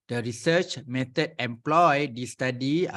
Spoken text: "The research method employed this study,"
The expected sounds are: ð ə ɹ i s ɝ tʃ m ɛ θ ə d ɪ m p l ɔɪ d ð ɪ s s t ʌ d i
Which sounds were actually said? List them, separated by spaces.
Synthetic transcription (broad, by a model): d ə ɹ i s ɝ tʃ m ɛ t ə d ɪ m p l ɔɪ d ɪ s s t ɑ d i